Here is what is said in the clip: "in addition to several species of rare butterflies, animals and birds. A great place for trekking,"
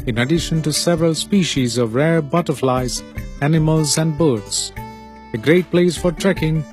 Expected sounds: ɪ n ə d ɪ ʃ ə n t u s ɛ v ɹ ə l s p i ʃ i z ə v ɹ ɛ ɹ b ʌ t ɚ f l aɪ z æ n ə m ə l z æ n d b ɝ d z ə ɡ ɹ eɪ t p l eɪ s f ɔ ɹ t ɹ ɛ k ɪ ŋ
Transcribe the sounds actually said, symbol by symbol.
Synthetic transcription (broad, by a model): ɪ n ə d ɪ ʃ ə n t u s ɛ v ɹ ə l s p i ʃ i z ə v ɹ ɛ ɹ b ʌ t ɚ f l aɪ z æ n ə m ə l z æ n d b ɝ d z ə ɡ ɹ eɪ t p l eɪ s f ɔ ɹ t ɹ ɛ k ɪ ŋ